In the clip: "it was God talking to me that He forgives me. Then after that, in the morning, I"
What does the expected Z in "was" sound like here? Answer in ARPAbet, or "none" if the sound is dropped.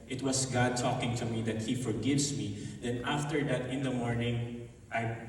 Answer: S